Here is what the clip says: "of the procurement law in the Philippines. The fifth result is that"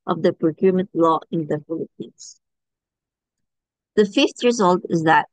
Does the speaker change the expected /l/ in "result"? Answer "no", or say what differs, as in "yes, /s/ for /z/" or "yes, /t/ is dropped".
no